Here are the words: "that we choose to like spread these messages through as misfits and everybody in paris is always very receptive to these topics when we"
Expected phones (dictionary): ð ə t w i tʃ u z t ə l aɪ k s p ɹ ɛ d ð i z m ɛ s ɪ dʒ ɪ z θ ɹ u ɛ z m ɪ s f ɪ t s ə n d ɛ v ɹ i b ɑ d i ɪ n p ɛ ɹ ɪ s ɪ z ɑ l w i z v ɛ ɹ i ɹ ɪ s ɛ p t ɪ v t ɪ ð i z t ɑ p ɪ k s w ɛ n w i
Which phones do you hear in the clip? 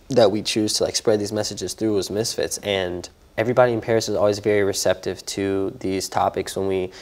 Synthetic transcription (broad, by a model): ð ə t w i tʃ u z t ə l aɪ k s p ɹ ɛ d ð i z m ɛ s ɪ dʒ ɪ z θ ɹ u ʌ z m ɪ s f ɪ t s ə n ɛ v ɹ i b ɑ d i ɪ n p ɛ ɹ ɪ s ɪ z ɑ l w i z v ɛ ɹ i ɹ ɪ s ɛ p t ɪ v t ɪ ð i z t ɑ p ɪ k s w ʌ n w i